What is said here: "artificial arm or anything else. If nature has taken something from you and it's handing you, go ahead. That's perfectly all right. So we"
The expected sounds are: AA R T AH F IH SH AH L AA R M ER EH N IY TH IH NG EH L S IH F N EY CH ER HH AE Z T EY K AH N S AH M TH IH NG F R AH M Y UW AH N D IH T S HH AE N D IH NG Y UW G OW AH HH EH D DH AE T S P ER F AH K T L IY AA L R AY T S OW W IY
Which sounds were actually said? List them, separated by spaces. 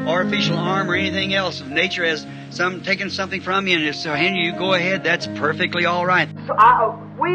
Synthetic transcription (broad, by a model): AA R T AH F IH SH L AA R M ER EH N IY TH IH NG EH L S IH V N EY CH ER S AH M T EY K AH N S AH M TH IH NG F R AH M Y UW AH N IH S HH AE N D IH Y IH G OW AH HH EH D DH AE T S P ER F AH K T L IY AA L R AY T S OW W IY